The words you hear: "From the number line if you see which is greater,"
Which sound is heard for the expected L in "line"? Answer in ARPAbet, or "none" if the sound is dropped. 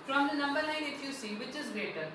N